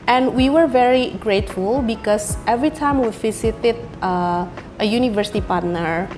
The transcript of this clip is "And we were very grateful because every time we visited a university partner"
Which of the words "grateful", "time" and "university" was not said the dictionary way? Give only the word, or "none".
none